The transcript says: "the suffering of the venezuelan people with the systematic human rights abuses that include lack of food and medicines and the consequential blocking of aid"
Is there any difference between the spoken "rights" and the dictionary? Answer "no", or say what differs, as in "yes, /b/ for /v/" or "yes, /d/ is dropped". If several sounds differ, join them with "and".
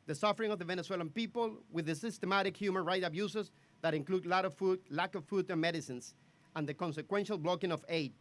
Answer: yes, /s/ is dropped